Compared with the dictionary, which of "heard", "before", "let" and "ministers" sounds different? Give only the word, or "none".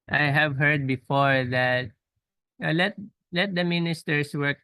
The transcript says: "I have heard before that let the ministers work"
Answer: ministers